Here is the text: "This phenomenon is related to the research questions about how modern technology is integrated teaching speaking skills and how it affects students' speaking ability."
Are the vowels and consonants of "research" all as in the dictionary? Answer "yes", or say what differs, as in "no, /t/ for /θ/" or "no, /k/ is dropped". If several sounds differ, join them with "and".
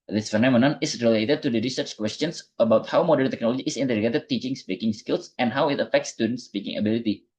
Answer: yes